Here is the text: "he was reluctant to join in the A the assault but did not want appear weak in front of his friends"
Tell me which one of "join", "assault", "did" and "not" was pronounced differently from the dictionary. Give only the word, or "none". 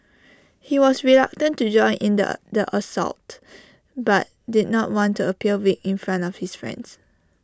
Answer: none